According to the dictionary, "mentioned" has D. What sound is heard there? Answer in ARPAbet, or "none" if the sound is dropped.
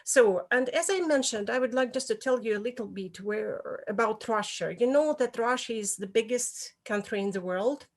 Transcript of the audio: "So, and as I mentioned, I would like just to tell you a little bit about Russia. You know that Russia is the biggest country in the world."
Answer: D